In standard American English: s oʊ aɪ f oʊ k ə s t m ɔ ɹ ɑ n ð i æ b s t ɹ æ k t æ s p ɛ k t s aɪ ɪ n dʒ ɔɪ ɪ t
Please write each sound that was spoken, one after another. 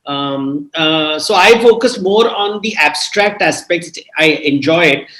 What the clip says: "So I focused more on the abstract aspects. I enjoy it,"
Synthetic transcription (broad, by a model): s oʊ aɪ f oʊ k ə s m ɔ ɹ ɑ n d i æ b s t ɹ æ k t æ s p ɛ k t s aɪ ɪ n dʒ ɔɪ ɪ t